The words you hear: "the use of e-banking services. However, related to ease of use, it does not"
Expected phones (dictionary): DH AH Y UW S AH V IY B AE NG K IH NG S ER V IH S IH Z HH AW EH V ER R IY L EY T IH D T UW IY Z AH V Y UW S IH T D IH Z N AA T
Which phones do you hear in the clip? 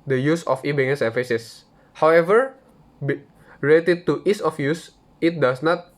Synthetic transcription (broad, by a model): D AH Y UW S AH F IY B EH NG IH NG S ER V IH S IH S HH AW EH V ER R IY L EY T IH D T UW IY S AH F Y UW S IH T D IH S N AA T